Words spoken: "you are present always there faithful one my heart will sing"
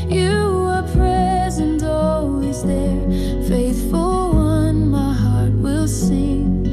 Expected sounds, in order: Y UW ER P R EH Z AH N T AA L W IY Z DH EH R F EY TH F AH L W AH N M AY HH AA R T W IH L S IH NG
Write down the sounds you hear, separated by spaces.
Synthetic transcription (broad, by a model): Y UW ER P R EH Z AH N T AA L W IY Z DH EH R F EY TH F AH L W AH N M AY HH AA R T W IH L S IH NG